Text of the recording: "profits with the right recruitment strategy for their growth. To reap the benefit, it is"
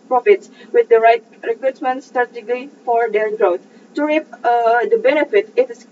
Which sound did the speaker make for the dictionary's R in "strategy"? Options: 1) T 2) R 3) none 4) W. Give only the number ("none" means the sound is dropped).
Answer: 3